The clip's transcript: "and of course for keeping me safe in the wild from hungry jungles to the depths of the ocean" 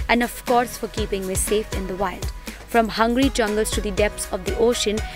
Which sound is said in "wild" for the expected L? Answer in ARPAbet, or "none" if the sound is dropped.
L